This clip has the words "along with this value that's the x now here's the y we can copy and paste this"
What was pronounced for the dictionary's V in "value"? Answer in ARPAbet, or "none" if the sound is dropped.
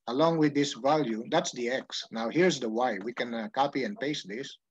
V